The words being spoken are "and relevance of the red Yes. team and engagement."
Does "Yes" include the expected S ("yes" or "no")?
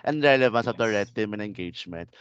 no